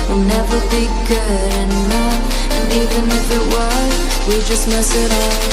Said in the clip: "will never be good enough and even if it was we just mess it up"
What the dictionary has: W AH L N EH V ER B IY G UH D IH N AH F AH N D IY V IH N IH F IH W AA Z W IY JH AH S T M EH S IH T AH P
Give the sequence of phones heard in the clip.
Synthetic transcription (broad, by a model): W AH N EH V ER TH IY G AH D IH N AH AH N IY V IH N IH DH IH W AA W IY JH AH S T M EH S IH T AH